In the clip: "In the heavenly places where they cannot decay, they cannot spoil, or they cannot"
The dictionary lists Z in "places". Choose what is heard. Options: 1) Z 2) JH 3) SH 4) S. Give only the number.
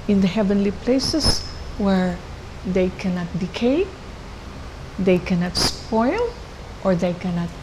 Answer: 4